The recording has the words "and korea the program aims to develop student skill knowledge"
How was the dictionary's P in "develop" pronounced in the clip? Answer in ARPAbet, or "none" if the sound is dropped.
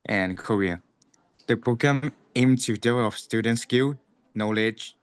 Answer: F